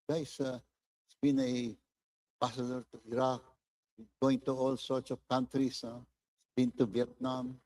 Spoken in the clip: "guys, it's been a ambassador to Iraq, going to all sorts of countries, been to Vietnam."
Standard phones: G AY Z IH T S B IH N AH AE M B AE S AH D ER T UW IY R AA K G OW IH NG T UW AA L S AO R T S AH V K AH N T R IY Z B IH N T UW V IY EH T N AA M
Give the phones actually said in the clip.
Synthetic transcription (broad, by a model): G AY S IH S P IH N AH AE B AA S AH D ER T UW IY R AA K G OW IH NG T UW AA L S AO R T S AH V K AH N T R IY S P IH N T UW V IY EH T N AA M